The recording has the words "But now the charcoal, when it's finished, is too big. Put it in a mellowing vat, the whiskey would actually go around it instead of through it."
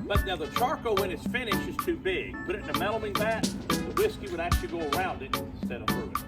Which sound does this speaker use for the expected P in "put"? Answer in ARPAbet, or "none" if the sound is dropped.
B